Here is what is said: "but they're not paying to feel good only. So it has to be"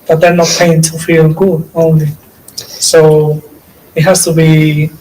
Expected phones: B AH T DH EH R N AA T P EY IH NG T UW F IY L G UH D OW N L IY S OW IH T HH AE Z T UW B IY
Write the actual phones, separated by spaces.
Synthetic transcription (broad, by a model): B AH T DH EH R N AA T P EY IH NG T UW F IY L G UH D OW N L IY S OW IH T HH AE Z T UW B IY